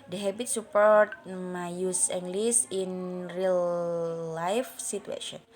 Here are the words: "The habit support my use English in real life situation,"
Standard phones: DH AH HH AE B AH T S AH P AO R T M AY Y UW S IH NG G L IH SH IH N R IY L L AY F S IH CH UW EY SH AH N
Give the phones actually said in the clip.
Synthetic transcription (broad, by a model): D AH HH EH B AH T S AH P AO R T M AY Y UW S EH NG G L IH S IH N R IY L L AY F S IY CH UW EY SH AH N